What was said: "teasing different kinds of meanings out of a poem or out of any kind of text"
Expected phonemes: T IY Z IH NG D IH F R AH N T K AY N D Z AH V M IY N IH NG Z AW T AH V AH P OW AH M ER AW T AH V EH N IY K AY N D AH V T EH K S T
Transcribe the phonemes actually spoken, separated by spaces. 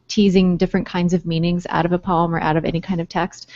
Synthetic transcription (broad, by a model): T IY Z IH NG D IH F R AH N K AY N D Z AH V M IY N IH NG Z AW T AH V AH P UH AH M ER AW T AH V EH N IY K AY N D AH V T EH K S T